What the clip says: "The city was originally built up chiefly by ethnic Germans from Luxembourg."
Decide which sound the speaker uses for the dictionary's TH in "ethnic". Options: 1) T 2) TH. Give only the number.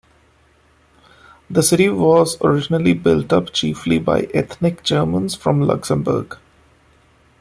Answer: 1